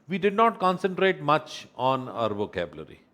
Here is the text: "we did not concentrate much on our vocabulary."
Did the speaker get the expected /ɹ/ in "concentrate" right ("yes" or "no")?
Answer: yes